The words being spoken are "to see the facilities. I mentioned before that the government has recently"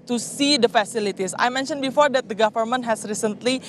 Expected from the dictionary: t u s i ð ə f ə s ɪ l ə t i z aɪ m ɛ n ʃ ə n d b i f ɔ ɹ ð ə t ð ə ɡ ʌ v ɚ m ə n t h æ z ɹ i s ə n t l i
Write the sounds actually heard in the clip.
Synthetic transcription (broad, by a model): t u s i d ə f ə s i l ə t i s aɪ m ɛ n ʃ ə n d b i f ɔ ɹ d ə t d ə ɡ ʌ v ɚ m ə n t h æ s ɹ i s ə n t l i